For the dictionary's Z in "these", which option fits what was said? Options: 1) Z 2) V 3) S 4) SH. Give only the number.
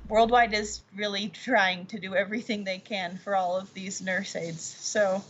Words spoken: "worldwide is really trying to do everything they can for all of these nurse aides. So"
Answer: 1